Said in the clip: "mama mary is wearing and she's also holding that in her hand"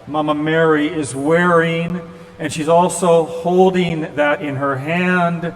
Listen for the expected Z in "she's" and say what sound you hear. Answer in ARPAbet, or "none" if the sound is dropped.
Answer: Z